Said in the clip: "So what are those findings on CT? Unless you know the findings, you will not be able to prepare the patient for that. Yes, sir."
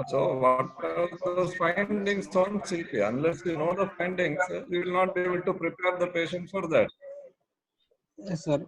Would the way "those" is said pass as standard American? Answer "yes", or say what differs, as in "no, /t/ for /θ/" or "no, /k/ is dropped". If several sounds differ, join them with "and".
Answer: no, /z/ is dropped